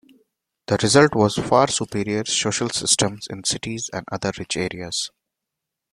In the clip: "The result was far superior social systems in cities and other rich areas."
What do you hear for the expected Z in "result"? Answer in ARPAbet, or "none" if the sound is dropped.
Z